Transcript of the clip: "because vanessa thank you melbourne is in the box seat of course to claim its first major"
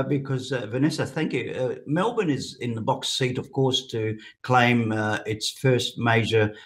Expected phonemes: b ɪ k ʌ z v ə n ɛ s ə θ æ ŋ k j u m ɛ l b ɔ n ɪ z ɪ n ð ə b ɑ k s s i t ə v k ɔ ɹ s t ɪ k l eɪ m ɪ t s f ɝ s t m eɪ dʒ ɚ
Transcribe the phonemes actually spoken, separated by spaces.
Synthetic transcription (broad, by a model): b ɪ k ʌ z v ə n ɛ s ə θ æ ŋ k j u m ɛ l b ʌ n ɪ z ɪ n ð ə b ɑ k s s i t ə v k ɔ ɹ s t ɪ k l eɪ m ɪ t s f ɝ s t m eɪ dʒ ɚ